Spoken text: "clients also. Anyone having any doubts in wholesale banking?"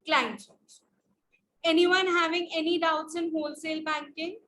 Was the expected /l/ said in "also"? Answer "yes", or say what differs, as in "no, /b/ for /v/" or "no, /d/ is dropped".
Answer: no, /l/ is dropped